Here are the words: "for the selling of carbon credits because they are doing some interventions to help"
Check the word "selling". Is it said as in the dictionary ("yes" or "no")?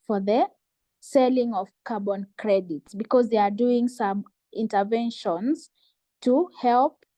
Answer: yes